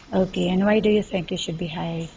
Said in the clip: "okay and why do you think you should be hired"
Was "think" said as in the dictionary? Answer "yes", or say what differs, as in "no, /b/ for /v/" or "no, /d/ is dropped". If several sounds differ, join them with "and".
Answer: yes